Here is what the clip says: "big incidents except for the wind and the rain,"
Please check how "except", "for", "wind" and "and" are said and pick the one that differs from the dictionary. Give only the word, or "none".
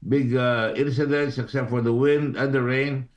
none